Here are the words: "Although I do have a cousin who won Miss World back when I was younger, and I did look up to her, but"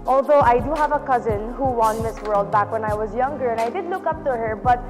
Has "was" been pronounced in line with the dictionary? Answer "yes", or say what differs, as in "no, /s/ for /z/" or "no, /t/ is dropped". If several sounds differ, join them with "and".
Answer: yes